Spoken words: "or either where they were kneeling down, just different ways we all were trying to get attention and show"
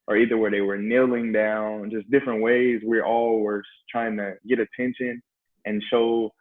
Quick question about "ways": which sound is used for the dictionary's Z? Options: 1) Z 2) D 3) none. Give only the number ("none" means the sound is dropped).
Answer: 1